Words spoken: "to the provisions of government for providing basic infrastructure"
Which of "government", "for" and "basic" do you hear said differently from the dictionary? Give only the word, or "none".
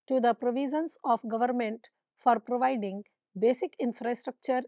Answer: none